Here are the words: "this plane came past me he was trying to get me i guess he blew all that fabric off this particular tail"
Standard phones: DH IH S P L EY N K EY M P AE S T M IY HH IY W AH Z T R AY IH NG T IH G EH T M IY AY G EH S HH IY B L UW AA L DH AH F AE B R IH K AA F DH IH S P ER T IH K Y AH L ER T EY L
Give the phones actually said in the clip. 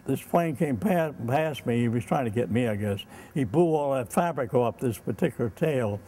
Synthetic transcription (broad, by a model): DH IH S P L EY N K EY M P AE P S M IY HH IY W AH Z T R AY IH NG T IH G EH T M IY AY G EH S HH IY B UW AA L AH F AE B R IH K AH P DH IH S P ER T IH K Y L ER T EY L